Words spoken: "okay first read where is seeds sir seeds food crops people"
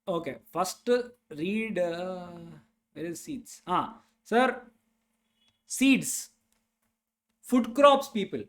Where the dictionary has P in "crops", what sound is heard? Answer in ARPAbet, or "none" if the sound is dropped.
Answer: P